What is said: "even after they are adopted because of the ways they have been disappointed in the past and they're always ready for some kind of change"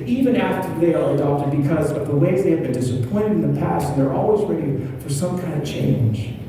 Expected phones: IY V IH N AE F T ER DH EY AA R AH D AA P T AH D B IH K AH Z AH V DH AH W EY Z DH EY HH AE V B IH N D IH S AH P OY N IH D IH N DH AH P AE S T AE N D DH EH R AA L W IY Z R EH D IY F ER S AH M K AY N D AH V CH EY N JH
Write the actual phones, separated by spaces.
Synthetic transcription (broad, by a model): IY V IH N AE F T ER DH EY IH L AH D AA P T AH D B IH K AH Z AH V DH AH W EY Z DH EY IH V B IH N D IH S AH P OY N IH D IH N DH AH P AE S T N DH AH R AA L W IY Z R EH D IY F ER S AH M K AY N D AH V CH EY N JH